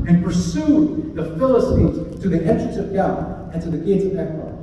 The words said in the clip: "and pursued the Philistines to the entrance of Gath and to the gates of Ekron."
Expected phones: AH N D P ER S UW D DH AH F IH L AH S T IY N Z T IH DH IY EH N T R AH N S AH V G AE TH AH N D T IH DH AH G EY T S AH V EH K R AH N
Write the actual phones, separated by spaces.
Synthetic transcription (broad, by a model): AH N P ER S UW DH AH F IH L AH S T IY N Z T IH DH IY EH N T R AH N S AH V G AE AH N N T IH DH AH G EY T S AH V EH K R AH